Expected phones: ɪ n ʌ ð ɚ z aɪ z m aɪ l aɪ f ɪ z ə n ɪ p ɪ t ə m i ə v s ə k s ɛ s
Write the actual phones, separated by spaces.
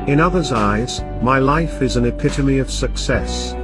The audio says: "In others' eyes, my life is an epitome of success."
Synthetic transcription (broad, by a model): ɪ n ʌ ð ɚ z aɪ z m aɪ l aɪ f ɪ z ə n ɪ p ɪ t ə m i ə v s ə k s ɛ s